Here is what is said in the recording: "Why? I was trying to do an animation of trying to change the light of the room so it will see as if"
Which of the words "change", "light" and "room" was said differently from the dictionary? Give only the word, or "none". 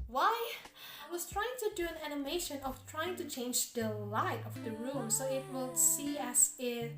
none